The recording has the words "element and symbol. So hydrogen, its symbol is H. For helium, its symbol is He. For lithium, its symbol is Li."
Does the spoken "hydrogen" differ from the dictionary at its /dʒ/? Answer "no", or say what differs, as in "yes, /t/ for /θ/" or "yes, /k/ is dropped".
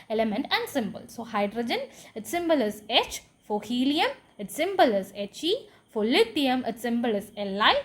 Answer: no